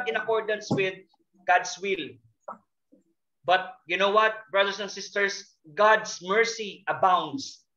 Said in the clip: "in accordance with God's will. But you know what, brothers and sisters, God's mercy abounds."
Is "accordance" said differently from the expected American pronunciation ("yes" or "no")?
no